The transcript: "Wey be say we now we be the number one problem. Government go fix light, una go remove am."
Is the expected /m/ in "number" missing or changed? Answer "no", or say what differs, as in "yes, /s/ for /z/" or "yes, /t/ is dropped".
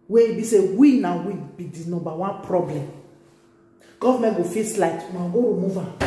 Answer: yes, /m/ is dropped